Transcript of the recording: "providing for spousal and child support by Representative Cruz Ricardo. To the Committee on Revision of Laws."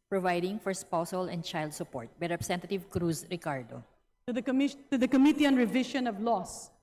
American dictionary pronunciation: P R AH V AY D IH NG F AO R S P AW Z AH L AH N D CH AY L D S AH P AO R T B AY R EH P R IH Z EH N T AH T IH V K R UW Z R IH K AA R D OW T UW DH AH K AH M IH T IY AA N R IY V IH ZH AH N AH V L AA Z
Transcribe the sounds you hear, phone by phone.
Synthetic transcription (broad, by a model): P R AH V AY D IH NG F AO R S P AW S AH L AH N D CH AY L D S AH P AO R T B AY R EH P R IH S EH N T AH T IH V K R UW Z R IH K AA R D OW T UW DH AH K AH M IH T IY AA N R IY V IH SH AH N AH V L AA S